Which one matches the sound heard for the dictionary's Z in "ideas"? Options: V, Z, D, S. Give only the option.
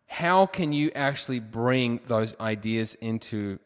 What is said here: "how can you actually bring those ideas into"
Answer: Z